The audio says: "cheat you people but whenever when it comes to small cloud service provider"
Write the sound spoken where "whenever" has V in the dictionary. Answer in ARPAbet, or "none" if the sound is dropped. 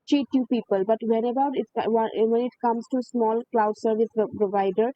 B